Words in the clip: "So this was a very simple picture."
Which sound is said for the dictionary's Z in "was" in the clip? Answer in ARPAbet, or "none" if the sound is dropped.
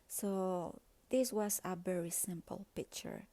S